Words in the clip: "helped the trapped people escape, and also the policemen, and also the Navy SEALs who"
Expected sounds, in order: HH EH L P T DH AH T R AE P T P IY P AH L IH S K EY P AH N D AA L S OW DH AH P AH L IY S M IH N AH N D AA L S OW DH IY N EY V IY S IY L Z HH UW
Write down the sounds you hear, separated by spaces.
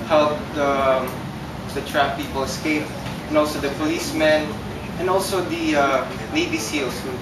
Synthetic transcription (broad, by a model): HH EH L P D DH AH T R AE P P IY P AH L IH S K EY P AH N AA L S OW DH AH P AH L IY S M IH N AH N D AA L S OW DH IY L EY B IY S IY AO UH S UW